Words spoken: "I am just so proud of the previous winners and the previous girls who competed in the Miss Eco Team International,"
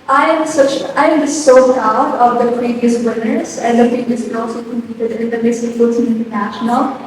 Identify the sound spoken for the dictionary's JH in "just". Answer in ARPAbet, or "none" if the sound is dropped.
CH